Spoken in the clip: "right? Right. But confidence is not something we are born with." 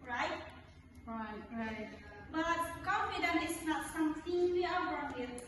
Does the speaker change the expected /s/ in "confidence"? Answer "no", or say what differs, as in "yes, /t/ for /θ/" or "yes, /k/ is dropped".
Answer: yes, /s/ is dropped